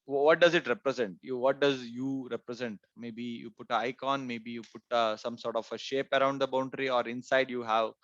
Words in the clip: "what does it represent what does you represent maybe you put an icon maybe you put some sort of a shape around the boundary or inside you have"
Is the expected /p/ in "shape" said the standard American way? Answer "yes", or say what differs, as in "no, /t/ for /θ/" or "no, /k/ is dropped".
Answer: yes